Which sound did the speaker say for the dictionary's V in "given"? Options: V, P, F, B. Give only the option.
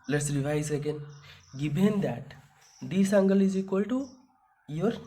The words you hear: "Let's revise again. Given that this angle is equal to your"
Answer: B